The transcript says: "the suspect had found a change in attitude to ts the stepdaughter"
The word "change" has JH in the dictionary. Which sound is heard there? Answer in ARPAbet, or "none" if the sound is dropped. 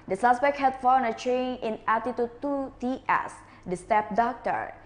none